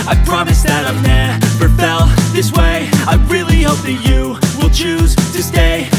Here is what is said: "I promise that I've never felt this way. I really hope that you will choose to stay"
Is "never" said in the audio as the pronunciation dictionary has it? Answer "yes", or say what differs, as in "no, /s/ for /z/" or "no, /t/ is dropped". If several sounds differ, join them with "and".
no, /p/ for /v/